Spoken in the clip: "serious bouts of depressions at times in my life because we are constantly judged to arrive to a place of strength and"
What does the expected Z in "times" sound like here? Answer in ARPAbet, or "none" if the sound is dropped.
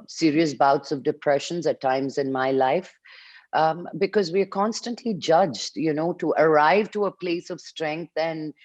Z